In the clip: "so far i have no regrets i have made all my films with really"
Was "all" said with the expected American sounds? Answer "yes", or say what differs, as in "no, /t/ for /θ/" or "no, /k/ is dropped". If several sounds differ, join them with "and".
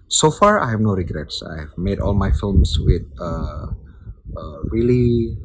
yes